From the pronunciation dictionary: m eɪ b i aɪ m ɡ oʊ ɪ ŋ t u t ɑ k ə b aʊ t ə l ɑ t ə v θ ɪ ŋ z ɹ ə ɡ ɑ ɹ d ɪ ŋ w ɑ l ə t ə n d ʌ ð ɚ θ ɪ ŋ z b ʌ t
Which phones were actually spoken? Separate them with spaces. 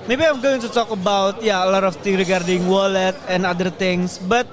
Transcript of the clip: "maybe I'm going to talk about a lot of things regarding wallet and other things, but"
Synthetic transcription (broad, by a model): m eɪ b i aɪ m ɡ oʊ ɪ ŋ t u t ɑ k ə b aʊ t ə l ɑ t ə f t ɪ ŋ ɹ ə ɡ ɑ ɹ d ɪ ŋ w ɑ l ə t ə n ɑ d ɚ t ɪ ŋ s b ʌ t